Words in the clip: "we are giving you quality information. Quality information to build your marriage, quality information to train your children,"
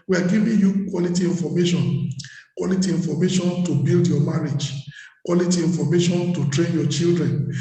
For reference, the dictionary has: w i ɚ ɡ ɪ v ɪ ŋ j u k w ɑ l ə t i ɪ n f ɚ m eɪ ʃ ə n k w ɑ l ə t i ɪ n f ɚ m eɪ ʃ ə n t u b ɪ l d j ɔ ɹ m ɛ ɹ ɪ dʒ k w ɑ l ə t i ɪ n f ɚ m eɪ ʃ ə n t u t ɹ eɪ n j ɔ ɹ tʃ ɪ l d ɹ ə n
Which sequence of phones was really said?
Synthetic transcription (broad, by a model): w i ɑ ɡ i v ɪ j u k w ɑ l ə t i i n f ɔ m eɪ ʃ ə n k w ɑ l ə t i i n f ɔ m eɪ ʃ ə n t u b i l d j ɔ m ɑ ɹ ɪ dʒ k w ɑ l ə t i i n f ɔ m eɪ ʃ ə n t u t ɹ eɪ n j ɔ tʃ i l d ɹ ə n